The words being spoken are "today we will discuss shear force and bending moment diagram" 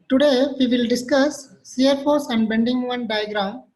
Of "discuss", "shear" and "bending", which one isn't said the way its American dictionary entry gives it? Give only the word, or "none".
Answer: shear